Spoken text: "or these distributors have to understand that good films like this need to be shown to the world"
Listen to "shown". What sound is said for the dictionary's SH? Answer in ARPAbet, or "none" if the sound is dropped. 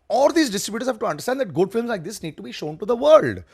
SH